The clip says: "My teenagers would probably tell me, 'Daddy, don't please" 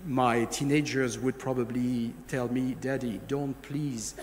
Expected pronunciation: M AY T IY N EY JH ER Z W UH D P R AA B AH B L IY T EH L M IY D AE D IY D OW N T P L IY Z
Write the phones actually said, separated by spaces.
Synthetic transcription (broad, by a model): M AY T IY N EY JH ER Z W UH D P R AA B AH B L IY T EH L M IY D AE D IY D OW N T P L IY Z